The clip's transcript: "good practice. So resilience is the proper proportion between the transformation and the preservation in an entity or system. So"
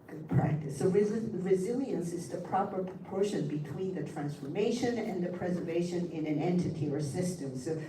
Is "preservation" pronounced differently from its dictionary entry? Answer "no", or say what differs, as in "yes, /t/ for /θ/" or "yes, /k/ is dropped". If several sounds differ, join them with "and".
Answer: no